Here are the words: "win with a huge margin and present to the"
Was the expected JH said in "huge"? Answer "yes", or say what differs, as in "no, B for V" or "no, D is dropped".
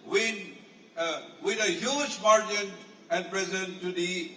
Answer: no, SH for JH